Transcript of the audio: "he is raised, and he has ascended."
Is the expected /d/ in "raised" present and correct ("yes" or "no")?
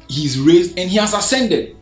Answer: yes